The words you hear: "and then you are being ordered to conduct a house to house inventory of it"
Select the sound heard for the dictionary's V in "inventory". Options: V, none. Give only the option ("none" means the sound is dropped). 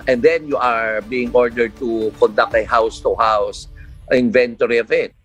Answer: V